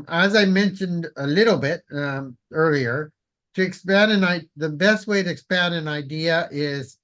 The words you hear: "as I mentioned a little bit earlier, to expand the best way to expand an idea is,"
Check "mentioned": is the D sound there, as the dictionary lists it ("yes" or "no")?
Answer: yes